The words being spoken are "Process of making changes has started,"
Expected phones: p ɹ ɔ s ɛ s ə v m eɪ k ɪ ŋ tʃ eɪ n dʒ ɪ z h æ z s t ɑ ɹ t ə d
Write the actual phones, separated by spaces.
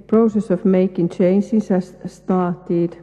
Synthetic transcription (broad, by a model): p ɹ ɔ s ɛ s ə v m eɪ k ɪ ŋ tʃ eɪ n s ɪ s h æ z s t ɑ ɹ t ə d